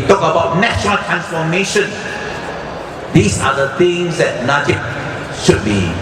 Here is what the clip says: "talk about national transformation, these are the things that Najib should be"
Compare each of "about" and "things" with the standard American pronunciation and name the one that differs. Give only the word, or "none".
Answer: things